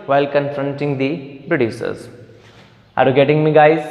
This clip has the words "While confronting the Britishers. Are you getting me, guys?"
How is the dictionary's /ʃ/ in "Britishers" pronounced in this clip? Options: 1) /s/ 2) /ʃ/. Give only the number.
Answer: 1